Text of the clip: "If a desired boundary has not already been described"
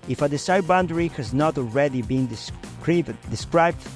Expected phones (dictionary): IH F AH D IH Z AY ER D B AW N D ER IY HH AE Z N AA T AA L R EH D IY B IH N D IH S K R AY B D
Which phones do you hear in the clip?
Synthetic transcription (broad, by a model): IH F AH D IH S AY B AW N D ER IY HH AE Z N AA T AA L R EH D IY B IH N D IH S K R AY B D